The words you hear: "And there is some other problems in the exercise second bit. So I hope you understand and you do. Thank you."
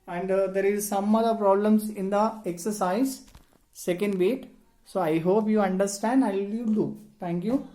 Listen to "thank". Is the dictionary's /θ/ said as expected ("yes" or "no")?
no